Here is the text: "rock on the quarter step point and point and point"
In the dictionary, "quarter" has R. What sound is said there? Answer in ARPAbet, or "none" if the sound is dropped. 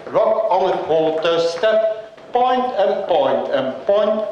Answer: L